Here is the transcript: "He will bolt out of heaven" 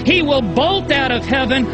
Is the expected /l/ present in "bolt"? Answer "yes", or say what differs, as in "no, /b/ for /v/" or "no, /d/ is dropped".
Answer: yes